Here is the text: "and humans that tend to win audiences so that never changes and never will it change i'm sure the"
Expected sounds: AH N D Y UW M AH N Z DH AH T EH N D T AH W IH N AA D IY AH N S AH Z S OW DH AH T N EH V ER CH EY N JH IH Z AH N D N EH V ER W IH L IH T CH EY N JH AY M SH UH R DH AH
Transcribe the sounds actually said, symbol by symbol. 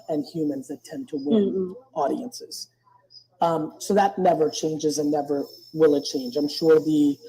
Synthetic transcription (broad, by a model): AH N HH Y UW M AH N Z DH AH T EH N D T AH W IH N AA D IY AH N S AH Z S OW DH AH T N EH V ER CH EY N JH IH Z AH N N EH V ER W IH L IH T CH EY N JH AY M SH UH R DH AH